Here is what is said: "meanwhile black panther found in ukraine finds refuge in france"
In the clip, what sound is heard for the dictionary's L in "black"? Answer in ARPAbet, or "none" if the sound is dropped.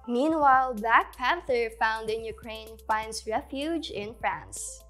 none